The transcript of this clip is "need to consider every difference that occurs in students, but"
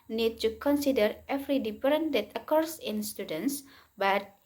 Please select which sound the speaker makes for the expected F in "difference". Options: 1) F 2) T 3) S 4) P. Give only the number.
4